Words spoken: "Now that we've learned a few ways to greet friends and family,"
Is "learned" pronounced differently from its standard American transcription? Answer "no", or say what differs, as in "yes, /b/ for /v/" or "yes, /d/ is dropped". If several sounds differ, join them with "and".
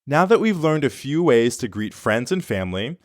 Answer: no